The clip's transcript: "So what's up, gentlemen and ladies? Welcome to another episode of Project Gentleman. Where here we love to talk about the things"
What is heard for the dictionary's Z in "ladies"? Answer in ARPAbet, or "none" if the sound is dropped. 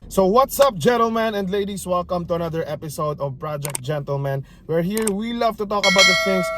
S